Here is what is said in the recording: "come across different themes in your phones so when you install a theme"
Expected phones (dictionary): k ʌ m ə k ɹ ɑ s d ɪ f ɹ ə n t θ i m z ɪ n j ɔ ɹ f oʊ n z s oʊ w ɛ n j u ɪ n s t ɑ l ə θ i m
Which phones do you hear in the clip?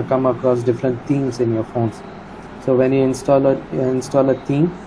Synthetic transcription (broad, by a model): k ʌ m ə k ɹ ɑ s d ɪ f ɹ ə n t t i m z ɪ n j ɔ ɹ f oʊ n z s oʊ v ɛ n j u ɪ n s t ɑ l ə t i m